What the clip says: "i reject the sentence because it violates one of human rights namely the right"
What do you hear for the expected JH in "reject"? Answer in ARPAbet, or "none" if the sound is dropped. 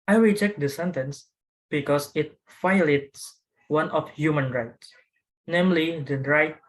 CH